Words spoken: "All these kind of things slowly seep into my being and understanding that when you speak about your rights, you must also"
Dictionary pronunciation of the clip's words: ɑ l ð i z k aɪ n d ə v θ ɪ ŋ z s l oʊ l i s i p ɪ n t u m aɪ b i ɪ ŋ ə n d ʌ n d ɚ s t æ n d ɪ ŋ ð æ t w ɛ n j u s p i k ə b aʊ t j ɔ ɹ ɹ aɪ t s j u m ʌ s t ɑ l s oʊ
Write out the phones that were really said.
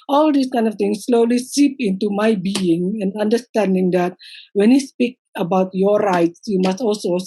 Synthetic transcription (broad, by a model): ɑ l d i s k aɪ n d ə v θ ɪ ŋ s l oʊ l i s i p ɪ n t u m aɪ b i ɪ ŋ ə n d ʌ n d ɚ s t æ n d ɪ ŋ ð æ t w ɛ n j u s p i k ə b aʊ t j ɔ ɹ ɹ aɪ t s j u m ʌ s t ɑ l s oʊ